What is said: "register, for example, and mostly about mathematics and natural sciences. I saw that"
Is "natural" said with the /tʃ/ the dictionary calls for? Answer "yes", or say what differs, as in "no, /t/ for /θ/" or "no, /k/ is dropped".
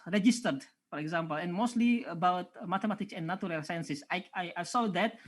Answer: no, /tʃ/ is dropped